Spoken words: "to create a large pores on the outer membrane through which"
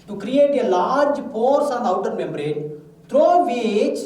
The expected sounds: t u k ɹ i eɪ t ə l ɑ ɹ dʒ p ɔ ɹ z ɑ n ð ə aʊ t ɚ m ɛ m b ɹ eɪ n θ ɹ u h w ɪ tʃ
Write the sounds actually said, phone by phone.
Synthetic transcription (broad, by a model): t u k ɹ i eɪ t ə l ɑ ɹ dʒ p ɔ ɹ s ɑ n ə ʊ t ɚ m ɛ m b ɹ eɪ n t ɹ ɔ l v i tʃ